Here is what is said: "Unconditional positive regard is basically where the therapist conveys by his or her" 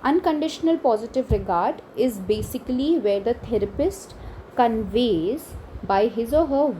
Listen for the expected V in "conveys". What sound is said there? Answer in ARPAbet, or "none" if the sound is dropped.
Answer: V